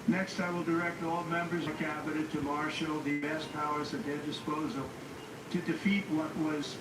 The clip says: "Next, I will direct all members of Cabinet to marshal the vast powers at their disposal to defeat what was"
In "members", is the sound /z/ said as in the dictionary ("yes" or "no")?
yes